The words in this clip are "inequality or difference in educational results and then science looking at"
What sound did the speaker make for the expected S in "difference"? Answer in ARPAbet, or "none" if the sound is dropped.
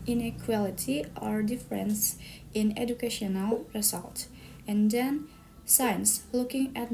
S